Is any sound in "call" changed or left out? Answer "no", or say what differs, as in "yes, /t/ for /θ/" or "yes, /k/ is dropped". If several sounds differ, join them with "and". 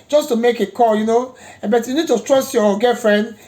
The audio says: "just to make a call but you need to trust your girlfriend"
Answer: yes, /n/ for /l/